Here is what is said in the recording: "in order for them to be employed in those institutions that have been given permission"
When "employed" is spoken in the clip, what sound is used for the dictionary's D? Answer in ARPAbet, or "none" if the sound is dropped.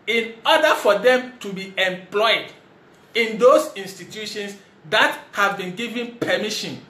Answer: D